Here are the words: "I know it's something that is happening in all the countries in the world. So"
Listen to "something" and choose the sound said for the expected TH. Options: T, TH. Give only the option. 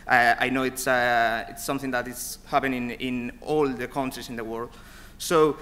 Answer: TH